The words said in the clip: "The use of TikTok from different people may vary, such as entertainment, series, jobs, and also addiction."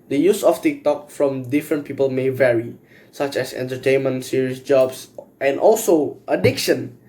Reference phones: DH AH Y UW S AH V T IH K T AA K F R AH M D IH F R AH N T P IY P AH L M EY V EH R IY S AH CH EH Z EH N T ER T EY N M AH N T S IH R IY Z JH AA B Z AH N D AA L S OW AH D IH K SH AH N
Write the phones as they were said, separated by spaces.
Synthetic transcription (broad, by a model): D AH Y UW S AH F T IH K T AA K F R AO M D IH F R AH N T P IY P AH L M EY V EH R IY S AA CH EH S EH N T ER T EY N M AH N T S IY R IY S JH AA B S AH N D AA L S OW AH D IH K SH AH N